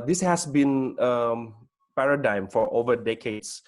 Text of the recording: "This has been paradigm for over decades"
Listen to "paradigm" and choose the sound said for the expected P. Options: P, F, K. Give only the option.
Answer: P